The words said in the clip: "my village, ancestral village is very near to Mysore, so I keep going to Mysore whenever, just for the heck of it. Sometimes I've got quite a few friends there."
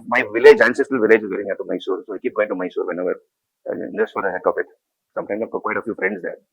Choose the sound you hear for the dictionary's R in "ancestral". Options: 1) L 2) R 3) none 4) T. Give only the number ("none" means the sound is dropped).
3